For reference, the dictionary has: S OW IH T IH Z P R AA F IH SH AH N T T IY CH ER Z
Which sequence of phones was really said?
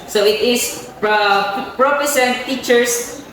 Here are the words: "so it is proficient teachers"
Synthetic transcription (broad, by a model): S OW IH T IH S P R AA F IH S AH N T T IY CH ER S